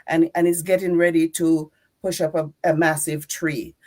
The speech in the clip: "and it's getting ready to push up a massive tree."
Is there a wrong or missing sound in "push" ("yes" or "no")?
no